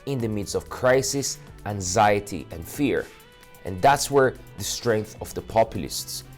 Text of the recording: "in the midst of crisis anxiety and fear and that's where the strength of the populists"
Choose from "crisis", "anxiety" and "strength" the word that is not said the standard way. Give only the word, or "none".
none